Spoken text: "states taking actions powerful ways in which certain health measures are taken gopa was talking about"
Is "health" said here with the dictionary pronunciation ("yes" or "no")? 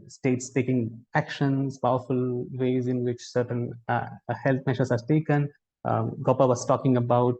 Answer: no